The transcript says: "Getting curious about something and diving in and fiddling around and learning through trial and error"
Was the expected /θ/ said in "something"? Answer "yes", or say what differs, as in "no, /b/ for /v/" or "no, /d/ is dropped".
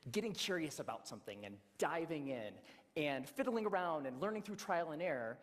yes